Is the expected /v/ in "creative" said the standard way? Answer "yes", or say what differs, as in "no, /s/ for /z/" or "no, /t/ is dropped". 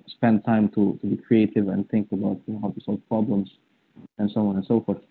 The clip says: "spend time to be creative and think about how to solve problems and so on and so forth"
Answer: yes